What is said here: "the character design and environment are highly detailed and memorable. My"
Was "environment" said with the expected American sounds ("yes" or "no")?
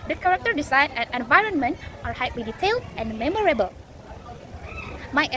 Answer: yes